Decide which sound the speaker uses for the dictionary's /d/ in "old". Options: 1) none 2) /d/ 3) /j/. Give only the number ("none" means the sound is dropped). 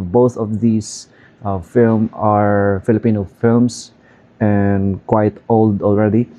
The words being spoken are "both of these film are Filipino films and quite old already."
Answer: 2